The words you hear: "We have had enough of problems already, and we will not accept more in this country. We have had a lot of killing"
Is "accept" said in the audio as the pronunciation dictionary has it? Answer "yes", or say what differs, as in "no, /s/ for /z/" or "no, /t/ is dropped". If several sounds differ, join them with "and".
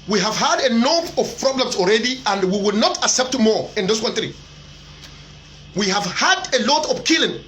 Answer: yes